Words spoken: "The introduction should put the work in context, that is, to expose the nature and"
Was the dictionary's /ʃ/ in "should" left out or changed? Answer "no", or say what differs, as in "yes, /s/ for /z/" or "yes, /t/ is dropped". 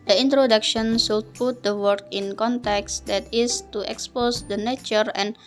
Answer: yes, /s/ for /ʃ/